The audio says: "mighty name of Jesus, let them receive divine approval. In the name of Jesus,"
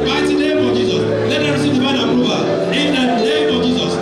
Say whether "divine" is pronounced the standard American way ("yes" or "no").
no